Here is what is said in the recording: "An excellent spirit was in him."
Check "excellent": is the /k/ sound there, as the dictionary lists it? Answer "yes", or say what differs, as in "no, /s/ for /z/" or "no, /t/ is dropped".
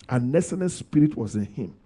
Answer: no, /k/ is dropped